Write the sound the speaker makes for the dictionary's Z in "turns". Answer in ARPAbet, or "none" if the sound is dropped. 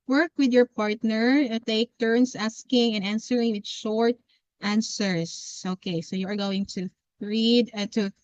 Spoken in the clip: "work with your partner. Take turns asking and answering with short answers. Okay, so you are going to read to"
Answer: S